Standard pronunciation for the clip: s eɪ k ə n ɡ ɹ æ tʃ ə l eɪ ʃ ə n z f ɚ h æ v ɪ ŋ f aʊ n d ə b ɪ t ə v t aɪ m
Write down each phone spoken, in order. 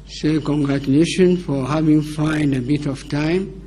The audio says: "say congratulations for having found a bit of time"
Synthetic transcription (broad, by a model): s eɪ k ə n ɡ ɹ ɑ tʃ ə l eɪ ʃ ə n f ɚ h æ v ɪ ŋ f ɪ n d ə b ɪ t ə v t aɪ m